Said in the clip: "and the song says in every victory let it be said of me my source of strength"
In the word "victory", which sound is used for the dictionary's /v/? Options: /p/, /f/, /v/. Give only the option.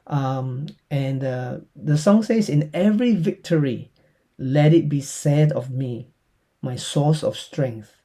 /v/